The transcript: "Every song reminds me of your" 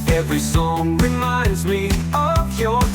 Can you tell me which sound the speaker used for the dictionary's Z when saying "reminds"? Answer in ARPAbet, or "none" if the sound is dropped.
Z